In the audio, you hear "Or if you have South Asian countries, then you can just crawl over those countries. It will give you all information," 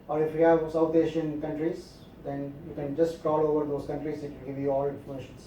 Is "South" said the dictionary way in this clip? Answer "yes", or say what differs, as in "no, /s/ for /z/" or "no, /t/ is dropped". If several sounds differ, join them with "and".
no, /t/ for /θ/